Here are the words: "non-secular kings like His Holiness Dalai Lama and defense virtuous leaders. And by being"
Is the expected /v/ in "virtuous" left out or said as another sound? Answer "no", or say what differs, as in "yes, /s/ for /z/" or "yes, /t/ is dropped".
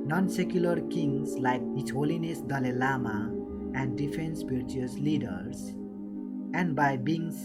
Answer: yes, /p/ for /v/